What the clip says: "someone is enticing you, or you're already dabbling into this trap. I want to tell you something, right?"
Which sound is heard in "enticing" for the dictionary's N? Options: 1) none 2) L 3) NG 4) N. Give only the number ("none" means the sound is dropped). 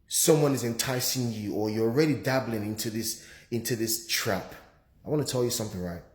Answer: 4